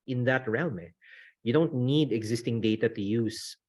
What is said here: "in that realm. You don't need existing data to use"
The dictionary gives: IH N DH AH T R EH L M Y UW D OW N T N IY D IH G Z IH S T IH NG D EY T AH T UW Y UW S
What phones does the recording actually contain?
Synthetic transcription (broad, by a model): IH N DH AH T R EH N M Y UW D OW N T N IY D IH G Z IH S T IH NG D EY T AH T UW Y UW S